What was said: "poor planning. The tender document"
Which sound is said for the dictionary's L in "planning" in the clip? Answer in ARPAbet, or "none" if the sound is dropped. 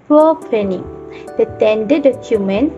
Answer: none